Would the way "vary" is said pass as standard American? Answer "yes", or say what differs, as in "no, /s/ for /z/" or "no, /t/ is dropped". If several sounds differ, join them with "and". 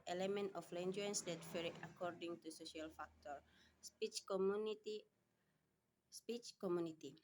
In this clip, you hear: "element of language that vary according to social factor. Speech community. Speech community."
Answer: no, /f/ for /v/